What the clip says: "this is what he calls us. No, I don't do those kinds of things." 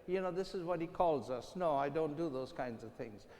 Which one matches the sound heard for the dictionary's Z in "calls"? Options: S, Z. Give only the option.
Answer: Z